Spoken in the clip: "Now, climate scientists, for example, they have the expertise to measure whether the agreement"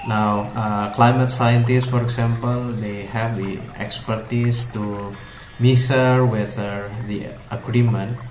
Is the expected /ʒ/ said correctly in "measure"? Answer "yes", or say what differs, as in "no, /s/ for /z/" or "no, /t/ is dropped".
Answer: no, /s/ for /ʒ/